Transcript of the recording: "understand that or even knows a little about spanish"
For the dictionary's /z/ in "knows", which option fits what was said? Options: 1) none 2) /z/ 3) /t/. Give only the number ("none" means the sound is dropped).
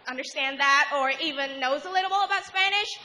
2